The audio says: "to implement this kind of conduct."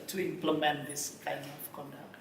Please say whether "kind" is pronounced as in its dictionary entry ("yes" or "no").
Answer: no